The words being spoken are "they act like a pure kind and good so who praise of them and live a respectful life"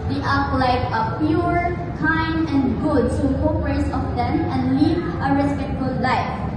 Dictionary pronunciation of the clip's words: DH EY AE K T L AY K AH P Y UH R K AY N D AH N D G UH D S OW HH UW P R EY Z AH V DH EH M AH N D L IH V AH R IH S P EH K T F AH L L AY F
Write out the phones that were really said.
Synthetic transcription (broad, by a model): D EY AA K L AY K AH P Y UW R K AY N D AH N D G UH D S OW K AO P R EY S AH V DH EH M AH N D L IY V AH R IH S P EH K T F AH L L AY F